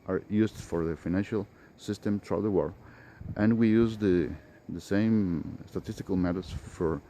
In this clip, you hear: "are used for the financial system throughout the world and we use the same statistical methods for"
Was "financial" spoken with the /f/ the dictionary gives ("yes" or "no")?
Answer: yes